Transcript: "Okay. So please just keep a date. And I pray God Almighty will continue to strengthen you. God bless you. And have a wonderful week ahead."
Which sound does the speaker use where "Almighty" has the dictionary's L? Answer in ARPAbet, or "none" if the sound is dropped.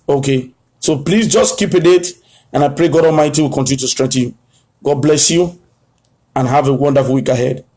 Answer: L